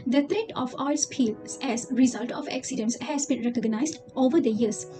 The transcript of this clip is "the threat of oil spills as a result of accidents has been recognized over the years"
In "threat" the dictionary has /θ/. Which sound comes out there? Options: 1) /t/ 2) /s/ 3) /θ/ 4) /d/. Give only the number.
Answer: 1